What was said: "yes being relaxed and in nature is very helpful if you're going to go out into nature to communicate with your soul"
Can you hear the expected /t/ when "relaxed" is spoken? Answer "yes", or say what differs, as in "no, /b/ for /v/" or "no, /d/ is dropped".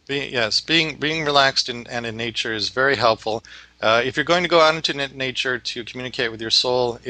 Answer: yes